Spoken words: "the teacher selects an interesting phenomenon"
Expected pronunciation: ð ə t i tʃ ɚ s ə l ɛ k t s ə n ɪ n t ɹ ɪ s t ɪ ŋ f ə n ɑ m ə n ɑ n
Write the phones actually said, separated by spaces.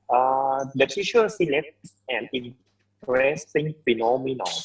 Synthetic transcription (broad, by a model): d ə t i ʃ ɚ s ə l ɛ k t s ə n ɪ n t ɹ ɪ s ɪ ŋ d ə n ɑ m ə n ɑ